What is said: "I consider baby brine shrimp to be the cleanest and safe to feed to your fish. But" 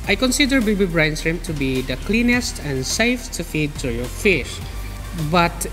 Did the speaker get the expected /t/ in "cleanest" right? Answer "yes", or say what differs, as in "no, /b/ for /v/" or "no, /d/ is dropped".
yes